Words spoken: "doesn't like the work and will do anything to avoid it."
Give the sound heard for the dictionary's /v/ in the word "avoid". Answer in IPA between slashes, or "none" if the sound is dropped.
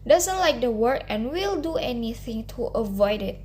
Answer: /v/